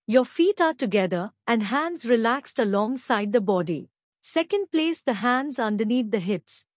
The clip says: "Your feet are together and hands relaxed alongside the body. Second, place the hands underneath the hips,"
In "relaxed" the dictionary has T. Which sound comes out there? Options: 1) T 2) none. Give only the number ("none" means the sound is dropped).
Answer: 1